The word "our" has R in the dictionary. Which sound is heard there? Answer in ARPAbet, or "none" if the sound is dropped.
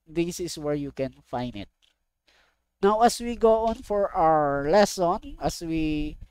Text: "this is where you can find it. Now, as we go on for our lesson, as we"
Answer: R